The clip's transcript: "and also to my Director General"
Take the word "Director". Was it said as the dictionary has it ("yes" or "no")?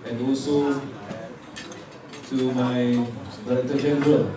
no